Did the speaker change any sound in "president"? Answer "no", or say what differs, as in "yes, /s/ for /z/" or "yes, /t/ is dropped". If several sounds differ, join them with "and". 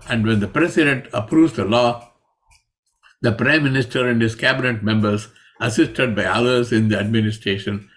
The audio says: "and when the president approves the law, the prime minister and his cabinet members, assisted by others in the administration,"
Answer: yes, /s/ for /z/